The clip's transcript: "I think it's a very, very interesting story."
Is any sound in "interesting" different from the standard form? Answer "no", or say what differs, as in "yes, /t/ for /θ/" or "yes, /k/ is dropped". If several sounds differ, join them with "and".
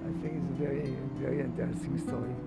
yes, /ɹ/ is dropped